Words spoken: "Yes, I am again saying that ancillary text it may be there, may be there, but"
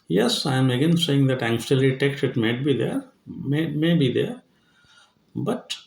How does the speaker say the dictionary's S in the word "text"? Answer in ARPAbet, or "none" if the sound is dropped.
none